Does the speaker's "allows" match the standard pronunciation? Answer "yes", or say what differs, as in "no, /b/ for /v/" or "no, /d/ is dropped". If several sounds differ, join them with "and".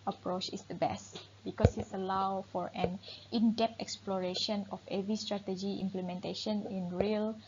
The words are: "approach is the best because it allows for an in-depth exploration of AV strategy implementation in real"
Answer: no, /z/ is dropped